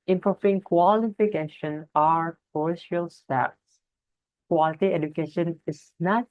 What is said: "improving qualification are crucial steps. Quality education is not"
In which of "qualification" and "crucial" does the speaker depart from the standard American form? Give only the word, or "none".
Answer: crucial